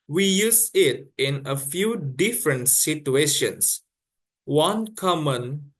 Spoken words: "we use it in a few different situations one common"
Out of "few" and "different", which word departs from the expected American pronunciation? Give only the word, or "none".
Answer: none